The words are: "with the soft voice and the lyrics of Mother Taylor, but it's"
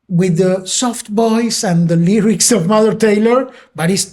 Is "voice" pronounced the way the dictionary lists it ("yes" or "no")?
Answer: no